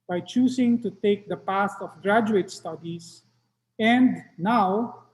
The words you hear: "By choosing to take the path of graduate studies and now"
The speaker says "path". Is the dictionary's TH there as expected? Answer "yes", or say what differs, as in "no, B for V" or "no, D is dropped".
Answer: no, S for TH